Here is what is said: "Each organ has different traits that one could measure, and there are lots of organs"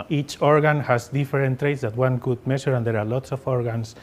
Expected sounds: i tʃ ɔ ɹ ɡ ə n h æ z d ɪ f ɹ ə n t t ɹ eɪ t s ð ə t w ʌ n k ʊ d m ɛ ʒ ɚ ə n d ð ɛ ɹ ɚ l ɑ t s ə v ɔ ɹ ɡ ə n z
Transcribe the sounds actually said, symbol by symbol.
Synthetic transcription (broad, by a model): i tʃ ɔ ɹ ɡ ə n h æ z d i f ɹ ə n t t ɹ eɪ t s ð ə t w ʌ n k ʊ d m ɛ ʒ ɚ ə n d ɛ ɹ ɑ l ɑ t s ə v ɔ ɹ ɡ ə n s